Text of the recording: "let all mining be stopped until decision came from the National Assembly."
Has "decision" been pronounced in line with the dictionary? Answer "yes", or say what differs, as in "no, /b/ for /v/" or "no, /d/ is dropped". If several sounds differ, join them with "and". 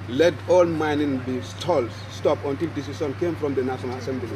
no, /s/ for /ʒ/